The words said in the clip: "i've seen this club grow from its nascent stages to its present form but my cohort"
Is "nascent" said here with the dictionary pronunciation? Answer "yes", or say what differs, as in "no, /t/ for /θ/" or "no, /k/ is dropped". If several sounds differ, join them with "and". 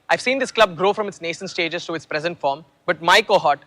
no, /ʃ/ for /s/